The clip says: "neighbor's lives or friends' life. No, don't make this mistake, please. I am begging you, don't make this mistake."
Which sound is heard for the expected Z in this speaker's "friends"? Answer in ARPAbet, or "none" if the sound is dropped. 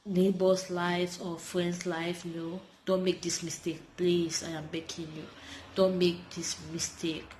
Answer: S